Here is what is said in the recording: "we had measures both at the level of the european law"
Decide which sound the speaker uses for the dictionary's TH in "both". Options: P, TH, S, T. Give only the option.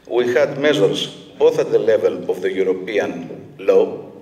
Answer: TH